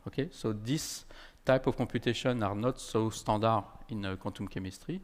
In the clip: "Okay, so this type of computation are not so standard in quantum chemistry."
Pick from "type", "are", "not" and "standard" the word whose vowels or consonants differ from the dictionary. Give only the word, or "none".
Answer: standard